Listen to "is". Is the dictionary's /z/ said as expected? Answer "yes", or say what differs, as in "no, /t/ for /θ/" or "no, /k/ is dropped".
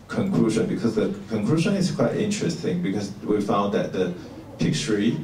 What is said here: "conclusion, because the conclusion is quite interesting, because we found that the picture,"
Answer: no, /s/ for /z/